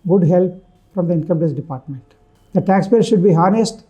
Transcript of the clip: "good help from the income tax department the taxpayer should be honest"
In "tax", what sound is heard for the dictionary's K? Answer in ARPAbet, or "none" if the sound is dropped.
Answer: none